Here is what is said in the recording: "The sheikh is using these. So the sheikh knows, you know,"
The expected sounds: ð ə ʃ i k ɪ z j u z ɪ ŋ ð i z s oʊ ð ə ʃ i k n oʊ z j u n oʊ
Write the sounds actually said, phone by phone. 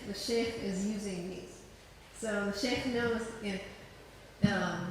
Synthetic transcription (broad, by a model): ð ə ʃ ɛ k ɪ z j u z ɪ ŋ ð i z s oʊ ð ə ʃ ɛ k n oʊ z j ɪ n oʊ